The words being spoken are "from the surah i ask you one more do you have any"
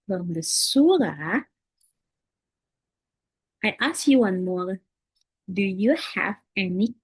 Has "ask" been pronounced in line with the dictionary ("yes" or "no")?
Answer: yes